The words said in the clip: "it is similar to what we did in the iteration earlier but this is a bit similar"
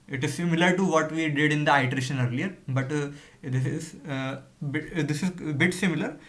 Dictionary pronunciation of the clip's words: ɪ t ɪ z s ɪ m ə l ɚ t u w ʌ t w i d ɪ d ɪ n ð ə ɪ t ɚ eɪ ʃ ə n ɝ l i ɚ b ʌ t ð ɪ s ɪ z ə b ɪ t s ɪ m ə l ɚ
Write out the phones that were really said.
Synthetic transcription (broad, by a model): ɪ t ɪ z s ɪ m ə l ɚ t u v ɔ t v i d ɪ d ɪ n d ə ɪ t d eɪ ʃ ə n ɝ l i ɚ b ʌ t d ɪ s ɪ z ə b ɪ t s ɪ m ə l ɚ